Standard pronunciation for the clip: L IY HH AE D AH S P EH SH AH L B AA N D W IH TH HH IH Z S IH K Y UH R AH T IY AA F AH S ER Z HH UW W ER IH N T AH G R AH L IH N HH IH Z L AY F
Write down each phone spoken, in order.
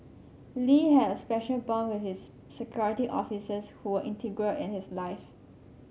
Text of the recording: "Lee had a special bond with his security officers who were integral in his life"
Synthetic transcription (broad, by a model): L IY HH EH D AH S P EH SH AH L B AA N W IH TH HH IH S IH K Y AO R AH T IY AA F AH S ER S HH UW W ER IH N T AH G R AH L IH N HH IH S L AY F